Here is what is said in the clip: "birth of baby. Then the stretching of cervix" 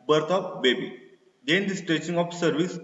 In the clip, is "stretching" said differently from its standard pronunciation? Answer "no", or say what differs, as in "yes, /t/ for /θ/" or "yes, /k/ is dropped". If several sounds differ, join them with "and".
yes, /ɹ/ is dropped